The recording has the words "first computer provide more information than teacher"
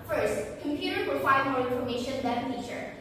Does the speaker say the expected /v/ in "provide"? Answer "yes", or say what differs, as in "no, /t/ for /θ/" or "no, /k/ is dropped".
no, /f/ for /v/